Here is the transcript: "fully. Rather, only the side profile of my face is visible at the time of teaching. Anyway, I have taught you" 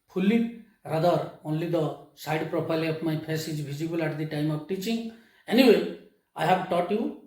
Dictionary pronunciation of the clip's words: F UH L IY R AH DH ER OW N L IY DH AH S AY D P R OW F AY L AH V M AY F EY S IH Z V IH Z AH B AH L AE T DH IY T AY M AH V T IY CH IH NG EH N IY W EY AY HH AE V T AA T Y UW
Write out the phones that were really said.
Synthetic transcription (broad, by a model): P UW L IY R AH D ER OW N L IY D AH S AY D P R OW P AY L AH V M AY P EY S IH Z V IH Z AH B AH L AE T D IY T AY M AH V T IY CH IH NG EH N IY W EY AY HH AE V T AA T Y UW